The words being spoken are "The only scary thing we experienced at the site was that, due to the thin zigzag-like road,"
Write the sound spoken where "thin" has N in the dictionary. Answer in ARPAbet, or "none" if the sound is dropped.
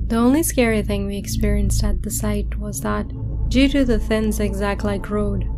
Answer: N